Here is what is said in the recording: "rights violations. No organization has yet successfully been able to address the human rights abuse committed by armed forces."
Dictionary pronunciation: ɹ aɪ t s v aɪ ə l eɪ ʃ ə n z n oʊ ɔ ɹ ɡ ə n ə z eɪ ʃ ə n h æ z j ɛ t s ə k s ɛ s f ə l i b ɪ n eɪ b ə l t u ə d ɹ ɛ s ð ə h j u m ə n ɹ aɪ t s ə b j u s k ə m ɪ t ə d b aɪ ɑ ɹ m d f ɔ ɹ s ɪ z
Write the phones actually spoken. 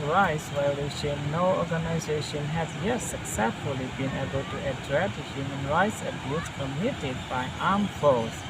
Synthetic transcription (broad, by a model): ɹ aɪ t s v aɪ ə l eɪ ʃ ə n n oʊ ɔ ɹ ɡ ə n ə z eɪ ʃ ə n h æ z j ɛ t s ə k s ɛ s f ə l i b ɪ n eɪ b ə l t u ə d ɹ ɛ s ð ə h j u m ə n ɹ aɪ t s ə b j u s k ə m ɪ t ə d b aɪ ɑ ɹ m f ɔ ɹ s